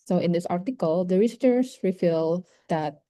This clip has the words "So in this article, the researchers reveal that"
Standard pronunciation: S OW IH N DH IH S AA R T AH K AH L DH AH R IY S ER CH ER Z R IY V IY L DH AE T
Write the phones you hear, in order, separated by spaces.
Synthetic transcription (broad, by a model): S OW IH N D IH S AA R T AH K AH L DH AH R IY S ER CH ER S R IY F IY L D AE T